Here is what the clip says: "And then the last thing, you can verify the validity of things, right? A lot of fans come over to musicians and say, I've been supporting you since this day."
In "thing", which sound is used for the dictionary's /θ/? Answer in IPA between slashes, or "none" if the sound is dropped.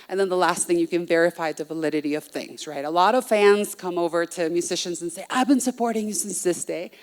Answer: /θ/